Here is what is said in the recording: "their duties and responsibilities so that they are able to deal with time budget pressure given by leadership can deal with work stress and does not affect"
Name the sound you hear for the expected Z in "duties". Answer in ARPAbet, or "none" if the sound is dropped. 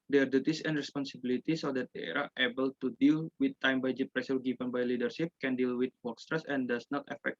S